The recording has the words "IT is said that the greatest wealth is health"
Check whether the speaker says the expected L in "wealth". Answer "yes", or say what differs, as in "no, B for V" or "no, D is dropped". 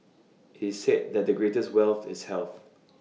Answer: yes